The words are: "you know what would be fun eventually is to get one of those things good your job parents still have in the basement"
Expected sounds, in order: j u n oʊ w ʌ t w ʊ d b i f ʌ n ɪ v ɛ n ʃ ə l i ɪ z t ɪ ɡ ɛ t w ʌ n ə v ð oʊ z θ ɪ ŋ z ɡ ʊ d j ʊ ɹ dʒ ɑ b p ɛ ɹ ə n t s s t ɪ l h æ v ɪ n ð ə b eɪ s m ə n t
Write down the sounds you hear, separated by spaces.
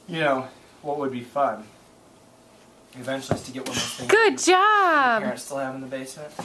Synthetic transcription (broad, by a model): j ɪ n oʊ w ʌ t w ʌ d b i f ʌ n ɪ v ɛ n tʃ l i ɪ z t ɪ ɡ ɛ t w ʌ n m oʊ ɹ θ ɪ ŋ ɡ ʊ d dʒ ɑ b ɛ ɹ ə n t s s t ɪ l h æ v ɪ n ð ə b eɪ s m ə n t